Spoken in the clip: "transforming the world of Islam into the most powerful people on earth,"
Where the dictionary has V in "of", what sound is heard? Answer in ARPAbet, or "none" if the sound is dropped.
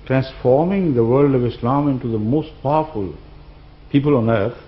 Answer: V